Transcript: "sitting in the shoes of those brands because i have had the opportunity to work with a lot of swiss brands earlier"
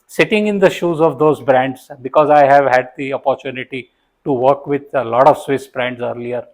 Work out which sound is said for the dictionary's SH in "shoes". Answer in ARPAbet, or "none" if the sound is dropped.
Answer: SH